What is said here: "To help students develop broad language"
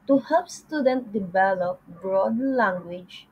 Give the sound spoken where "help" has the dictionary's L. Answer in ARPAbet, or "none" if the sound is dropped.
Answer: none